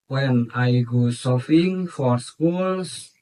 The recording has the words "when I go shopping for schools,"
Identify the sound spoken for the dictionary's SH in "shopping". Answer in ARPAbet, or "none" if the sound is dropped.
S